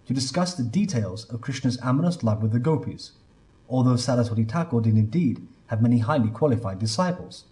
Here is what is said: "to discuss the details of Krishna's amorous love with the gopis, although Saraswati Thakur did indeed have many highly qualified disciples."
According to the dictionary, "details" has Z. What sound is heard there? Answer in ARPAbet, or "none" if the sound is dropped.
Z